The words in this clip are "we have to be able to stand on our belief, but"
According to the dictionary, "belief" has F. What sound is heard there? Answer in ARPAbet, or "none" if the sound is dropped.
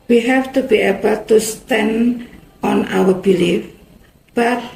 F